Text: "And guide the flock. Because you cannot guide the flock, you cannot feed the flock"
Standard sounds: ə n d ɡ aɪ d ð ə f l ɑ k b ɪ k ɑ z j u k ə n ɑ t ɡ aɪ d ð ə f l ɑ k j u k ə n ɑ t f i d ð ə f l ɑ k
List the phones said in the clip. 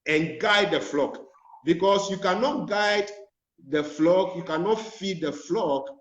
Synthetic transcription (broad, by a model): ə n ɡ aɪ d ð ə f l ɑ k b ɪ k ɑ s j u k ə n ɑ t ɡ aɪ d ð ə f l ɑ k j u k ə n ɑ t f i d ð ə f l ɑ k